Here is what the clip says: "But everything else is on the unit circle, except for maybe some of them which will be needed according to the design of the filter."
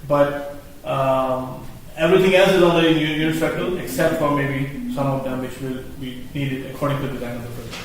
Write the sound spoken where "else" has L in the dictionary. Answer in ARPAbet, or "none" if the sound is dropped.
L